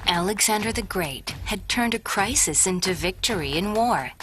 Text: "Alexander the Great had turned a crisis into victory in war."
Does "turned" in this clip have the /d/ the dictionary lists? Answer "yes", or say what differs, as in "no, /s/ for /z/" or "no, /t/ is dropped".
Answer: yes